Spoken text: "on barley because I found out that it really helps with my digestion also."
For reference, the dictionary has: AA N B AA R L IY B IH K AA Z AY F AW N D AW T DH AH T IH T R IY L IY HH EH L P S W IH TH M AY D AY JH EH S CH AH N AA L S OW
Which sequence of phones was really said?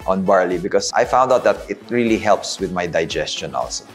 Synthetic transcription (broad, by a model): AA N B AA R L IY B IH K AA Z AY F AW N D AW T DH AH T IH T R IY L IY HH EH L P S W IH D M AY D AY JH EH S CH AH N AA L S OW